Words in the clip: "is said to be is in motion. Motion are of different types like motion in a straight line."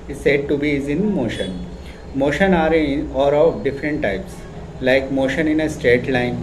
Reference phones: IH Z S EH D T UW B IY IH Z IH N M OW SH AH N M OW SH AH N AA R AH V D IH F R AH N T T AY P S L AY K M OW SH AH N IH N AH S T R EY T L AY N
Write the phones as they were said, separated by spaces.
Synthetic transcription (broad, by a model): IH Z S EH D T UW B IY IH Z IH N M OW SH AH N M OW SH AH N AA R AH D D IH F R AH N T T AY P S L AY K M OW SH AH N IH N AH S T R EY T L AY N